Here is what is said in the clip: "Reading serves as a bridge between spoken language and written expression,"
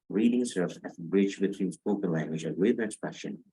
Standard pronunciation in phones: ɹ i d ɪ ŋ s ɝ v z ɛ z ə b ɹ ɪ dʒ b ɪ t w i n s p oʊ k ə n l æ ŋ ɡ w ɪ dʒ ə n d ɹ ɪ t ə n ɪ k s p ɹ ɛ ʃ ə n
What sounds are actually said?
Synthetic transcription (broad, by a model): ɹ i d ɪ ŋ s ɝ v z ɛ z ə b ɹ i tʃ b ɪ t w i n s p oʊ k ə n l æ ŋ ɡ w ɪ dʒ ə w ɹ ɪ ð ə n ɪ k s p ɹ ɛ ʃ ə n